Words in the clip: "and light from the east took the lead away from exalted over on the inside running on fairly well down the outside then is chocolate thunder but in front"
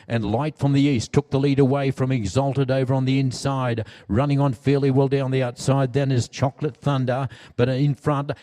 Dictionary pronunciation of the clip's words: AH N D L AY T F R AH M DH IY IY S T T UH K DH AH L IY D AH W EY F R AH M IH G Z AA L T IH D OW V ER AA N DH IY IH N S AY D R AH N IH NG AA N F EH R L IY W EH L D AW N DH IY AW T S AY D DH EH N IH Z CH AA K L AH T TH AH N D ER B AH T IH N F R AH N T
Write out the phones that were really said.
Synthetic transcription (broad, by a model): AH N L AY T F R AH M DH IY IY S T T UH K DH AH L IY D AH W EY F R AH M IH G Z AA L T IH D OW V ER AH N DH IY IH N S AY D R AH N IH NG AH N F EH R L IY W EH L D AW N DH IY AW T S AY D DH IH N IH Z CH AA K L AH T TH AH N D ER B AH T IH N F R AH N T